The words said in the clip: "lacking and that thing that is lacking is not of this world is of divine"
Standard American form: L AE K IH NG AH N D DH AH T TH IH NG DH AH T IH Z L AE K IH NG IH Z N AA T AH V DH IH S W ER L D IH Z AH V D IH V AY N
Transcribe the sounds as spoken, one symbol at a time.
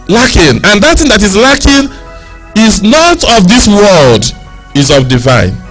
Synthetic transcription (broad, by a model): L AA K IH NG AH N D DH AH T TH IH NG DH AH T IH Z L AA K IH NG IH Z N AA T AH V DH IH S W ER L D IH Z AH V D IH V AY N